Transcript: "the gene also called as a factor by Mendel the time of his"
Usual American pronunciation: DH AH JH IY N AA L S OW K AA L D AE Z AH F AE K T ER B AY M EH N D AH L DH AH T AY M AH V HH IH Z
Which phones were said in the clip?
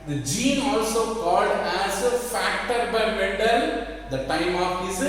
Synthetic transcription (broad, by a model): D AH JH IY N AA L S OW K AA L D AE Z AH F AE K T ER B AY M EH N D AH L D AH T AY M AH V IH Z